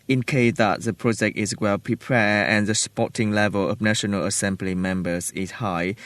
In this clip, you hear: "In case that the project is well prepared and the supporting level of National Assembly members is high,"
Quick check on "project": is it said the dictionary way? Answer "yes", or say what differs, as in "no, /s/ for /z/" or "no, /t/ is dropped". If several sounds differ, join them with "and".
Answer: yes